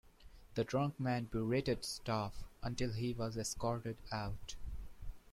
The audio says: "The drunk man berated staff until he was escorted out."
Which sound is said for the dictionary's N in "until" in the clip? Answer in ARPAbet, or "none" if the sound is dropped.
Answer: N